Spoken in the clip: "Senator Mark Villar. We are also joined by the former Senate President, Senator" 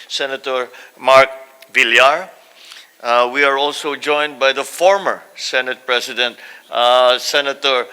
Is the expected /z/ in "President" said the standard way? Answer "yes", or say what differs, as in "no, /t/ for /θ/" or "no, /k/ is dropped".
no, /s/ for /z/